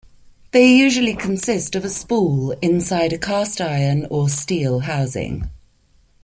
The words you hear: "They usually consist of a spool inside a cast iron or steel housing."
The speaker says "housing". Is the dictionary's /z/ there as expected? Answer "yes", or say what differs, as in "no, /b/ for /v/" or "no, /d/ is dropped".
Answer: yes